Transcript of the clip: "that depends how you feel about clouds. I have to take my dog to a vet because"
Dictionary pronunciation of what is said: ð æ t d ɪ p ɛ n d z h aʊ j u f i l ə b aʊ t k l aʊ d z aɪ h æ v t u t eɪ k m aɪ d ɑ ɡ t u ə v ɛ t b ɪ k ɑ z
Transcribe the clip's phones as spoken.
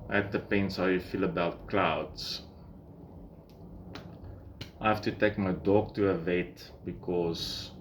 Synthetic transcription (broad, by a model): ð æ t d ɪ p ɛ n d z h aʊ j u f i l ə b aʊ t k l aʊ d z aɪ h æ f t u t eɪ k m aɪ d ɑ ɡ t u ə v ɛ t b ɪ k ɑ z